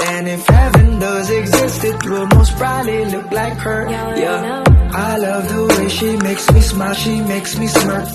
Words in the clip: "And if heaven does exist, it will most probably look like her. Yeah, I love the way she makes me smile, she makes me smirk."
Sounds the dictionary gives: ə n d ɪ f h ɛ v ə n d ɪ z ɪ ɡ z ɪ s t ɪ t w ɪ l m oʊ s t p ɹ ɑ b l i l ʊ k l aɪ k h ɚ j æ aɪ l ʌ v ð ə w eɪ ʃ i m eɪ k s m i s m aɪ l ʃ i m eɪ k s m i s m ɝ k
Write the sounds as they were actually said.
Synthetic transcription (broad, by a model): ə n ɪ f h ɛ v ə n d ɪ z ɪ ɡ z ɪ s t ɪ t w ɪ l m oʊ s t b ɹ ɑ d l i l ʊ k l aɪ k h ɚ j æ aɪ l ʌ v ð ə w eɪ ʃ i m eɪ k s m i s m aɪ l ʃ i m eɪ k s m i s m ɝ